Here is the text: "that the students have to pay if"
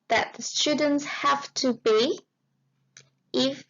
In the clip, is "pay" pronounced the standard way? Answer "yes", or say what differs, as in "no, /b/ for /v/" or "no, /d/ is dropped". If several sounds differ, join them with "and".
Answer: no, /b/ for /p/